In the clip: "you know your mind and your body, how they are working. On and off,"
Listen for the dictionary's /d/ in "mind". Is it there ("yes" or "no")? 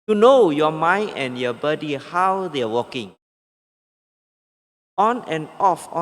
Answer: no